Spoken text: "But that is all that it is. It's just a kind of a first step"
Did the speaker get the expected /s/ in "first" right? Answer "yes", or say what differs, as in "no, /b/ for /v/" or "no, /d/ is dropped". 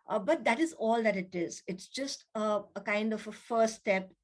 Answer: no, /s/ is dropped